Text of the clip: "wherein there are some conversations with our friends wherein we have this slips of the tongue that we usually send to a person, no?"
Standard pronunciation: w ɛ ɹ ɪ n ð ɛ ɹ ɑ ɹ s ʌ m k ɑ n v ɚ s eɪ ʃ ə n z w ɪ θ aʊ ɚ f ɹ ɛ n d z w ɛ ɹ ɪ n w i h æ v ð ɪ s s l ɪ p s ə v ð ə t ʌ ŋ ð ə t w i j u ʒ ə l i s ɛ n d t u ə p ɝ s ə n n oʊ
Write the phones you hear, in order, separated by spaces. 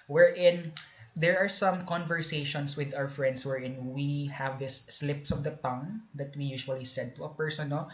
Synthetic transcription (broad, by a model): w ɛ ɹ ɪ n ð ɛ ɹ ɑ ɹ s ʌ m k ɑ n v ɚ s eɪ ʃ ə n s w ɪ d aʊ ɚ f ɹ ɛ n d s w ɛ ɹ ɪ n w i h æ v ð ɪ s s l ɪ p s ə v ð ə t ʌ ŋ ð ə t w i j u ʃ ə l i s ɛ d t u ə p ɝ s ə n n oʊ